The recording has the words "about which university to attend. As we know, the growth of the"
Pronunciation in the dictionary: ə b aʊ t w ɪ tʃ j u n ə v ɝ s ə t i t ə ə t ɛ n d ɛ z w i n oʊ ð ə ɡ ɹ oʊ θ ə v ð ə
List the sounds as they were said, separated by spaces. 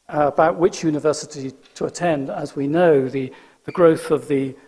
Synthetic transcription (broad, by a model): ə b aʊ t w ɪ tʃ j u n ə v ɝ s ə t i t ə ə t ɛ n d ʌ z w i n oʊ ð ə ɡ ɹ oʊ θ ə v ð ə